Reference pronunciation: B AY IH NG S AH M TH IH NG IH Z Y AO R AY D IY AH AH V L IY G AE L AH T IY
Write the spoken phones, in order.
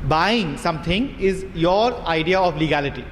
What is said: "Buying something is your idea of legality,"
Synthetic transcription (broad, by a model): B AY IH NG S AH M T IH NG IH Z Y AO R AY D IY AH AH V L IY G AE L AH T IY